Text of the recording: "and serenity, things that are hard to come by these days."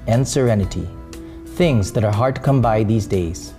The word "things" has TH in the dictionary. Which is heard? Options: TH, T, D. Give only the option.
TH